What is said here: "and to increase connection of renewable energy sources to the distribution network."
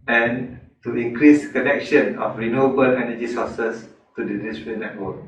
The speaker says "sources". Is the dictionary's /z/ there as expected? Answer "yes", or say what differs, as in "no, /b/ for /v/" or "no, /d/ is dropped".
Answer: no, /s/ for /z/